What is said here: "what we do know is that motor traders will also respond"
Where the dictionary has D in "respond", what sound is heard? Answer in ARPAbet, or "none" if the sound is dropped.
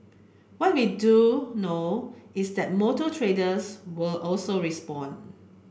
none